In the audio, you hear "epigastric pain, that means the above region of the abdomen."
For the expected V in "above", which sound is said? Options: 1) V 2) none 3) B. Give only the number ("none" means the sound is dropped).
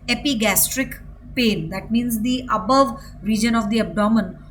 1